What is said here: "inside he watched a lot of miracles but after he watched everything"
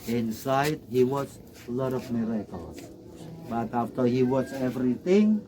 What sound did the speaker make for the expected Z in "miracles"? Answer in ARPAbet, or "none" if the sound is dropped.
none